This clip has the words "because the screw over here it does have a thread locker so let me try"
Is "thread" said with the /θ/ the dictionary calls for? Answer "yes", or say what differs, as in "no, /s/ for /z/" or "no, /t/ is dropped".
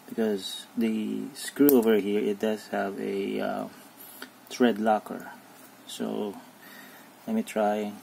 no, /t/ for /θ/